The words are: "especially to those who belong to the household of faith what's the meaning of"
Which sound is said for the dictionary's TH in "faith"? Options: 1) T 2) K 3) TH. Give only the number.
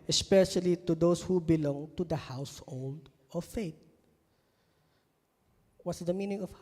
1